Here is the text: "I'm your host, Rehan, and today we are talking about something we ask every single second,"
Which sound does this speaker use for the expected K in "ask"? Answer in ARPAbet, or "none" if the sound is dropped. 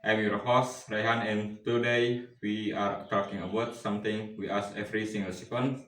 none